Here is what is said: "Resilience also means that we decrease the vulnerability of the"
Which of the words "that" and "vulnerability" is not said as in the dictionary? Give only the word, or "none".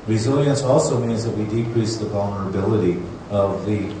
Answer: none